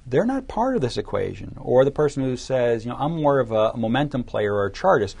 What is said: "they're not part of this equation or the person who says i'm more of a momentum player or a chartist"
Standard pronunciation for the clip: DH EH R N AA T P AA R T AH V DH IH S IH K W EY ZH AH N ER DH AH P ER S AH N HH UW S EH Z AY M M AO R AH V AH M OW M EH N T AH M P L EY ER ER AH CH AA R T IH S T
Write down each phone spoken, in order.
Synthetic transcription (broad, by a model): DH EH R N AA T P AA R T AH V DH IH S IH K W EY ZH AH N ER DH AH P ER S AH N HH UW S EH Z AY M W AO R AH V AH M OW M EH N T AH M P L EY ER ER AH CH AA R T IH S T